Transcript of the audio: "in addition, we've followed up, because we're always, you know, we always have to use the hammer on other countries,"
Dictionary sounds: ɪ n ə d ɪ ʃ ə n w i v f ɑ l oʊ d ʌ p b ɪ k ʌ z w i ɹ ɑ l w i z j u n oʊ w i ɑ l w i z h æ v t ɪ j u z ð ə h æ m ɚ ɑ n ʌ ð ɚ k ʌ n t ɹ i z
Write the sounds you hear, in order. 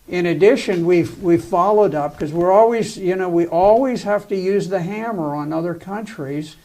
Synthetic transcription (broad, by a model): ɪ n ə d ɪ ʃ ə n w i w f ɑ l oʊ d ʌ p k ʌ z w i ɹ ɑ l w i z j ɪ n oʊ w i ɑ l w i z h æ f t ɪ j u z ð ə h æ m ɚ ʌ n ʌ ð ɚ k ʌ n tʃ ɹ i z